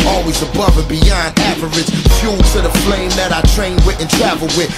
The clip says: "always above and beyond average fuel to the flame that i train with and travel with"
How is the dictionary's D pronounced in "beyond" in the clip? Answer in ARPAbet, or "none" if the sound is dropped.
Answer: D